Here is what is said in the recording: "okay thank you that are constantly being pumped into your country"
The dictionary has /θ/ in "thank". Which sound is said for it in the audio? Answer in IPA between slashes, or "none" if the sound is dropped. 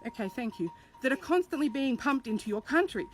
/θ/